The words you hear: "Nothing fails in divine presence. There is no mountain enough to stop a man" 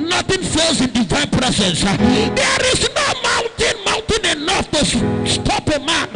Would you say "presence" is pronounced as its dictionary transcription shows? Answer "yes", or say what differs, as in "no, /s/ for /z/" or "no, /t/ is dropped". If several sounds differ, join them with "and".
no, /s/ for /z/